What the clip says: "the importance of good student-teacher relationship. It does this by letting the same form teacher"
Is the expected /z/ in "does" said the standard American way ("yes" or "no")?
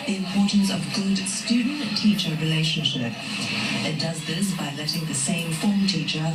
yes